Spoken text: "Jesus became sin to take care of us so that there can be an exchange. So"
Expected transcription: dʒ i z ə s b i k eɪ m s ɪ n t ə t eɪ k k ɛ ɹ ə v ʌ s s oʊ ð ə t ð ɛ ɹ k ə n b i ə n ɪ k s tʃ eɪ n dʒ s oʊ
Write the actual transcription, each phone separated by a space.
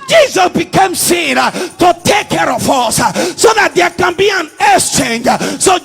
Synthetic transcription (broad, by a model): dʒ i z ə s b i k eɪ m s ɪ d t ə t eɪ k k ɛ ɹ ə f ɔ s s oʊ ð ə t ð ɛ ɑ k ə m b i ə n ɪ s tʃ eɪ n dʒ s oʊ